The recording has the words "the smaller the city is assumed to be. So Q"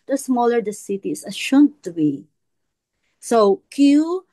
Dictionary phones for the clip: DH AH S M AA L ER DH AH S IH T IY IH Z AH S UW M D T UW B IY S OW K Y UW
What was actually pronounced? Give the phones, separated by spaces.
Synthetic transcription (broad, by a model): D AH S M AA L ER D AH S IH T IY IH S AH SH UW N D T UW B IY S OW K Y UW